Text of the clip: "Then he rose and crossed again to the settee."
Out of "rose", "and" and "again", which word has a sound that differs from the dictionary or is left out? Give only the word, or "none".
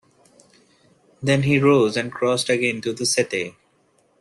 none